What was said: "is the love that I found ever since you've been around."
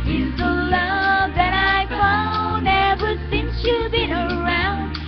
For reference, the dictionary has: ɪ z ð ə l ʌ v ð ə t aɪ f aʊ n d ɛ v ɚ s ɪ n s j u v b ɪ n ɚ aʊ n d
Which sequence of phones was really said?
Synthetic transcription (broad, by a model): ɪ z ð ə l ʌ v ð ə t aɪ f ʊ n ɛ v ɚ s ɪ n s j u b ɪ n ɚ aʊ n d